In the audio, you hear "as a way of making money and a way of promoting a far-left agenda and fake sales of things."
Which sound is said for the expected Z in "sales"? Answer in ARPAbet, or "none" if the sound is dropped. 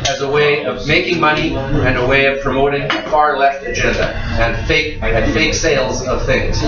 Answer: Z